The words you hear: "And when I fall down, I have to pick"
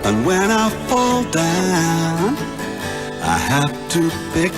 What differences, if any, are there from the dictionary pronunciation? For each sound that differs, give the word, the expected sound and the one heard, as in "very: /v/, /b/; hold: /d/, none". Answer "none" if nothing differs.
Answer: have: /v/, /f/